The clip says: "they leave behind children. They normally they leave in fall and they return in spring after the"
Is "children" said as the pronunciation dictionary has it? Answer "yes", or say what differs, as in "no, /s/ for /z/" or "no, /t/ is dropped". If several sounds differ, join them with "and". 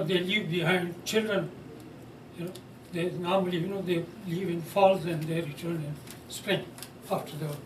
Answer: yes